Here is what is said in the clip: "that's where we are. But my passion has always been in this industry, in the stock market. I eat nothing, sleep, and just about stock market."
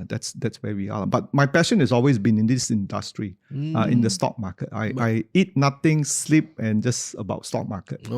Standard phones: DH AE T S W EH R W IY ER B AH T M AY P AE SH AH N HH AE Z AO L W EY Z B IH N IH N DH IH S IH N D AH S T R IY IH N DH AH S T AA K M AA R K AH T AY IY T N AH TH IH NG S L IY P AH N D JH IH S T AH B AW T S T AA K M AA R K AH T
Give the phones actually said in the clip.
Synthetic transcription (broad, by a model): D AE T S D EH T W IY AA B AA T M AY P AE SH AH N HH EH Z AO L W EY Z B IH N IH N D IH S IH N D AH S T R IY IH N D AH S T AA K M AA K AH T AY IY T N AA T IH NG S L IY P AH N JH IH S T AH B AW T S T AA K M AA K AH T